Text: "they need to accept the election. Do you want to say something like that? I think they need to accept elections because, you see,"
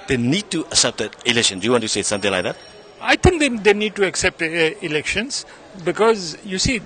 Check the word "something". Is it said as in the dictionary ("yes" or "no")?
no